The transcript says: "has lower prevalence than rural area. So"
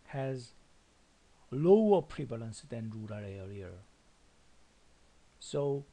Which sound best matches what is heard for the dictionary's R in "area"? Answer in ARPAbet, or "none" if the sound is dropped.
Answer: L